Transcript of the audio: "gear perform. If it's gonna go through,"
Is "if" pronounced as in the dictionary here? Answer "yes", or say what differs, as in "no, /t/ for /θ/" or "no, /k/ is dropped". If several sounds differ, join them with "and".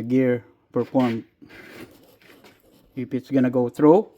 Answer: no, /p/ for /f/